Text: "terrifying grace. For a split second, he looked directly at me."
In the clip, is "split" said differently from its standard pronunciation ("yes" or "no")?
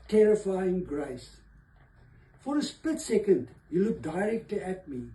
yes